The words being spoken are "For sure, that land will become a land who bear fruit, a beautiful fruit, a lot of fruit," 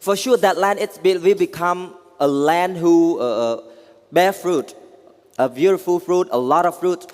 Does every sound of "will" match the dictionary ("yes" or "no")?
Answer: no